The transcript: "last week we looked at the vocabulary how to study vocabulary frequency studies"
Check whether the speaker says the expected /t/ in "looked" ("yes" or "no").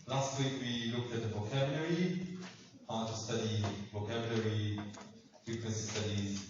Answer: yes